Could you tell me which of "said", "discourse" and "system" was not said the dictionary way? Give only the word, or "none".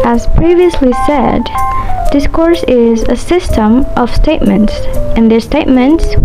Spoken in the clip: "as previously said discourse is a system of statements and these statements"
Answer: none